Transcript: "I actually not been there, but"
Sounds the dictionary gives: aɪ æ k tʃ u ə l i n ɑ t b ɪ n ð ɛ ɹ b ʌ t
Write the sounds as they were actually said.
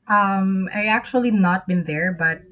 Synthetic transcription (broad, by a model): aɪ æ k tʃ u ə l i n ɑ t b ɪ n ð ɛ ɹ b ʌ t